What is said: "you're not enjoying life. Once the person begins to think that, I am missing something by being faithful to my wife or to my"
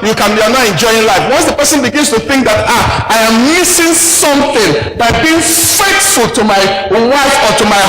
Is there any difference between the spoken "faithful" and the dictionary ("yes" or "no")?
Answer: yes